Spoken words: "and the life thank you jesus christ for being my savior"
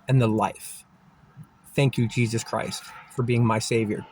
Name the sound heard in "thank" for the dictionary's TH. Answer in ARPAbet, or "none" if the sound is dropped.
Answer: TH